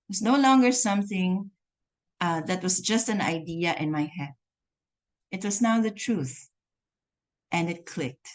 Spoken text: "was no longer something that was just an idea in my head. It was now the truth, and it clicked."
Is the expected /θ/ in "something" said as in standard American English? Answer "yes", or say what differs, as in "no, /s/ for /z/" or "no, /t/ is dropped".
yes